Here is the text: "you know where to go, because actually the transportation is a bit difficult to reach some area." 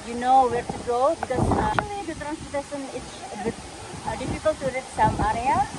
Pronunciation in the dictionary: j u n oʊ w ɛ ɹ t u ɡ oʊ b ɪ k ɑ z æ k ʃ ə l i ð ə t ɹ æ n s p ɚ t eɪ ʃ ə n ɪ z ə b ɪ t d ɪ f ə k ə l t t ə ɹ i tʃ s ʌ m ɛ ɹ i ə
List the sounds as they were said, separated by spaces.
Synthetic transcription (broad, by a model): j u n oʊ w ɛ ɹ t u ɡ oʊ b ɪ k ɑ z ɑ ʃ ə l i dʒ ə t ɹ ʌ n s ɚ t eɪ s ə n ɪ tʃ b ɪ d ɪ f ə k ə l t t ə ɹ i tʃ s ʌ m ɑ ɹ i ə